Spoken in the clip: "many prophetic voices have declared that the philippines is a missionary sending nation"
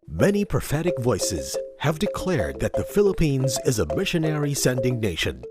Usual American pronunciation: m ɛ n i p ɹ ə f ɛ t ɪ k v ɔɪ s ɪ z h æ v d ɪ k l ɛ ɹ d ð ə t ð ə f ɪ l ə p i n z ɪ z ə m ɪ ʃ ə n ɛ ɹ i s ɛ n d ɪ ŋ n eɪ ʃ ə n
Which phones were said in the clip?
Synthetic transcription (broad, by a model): m ɛ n i p ɹ ə f ɛ t ɪ k v ɔɪ s ɪ z h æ v d ɪ k l ɛ ɹ d ð ə t ð ə f ɪ l ə p i n z ɪ z ə m ɪ ʃ ə n ɛ ɹ i s ɛ n d ɪ ŋ n eɪ ʃ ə n